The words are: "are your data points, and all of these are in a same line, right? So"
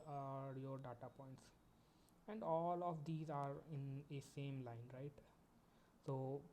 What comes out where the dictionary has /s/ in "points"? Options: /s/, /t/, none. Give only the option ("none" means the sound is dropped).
/s/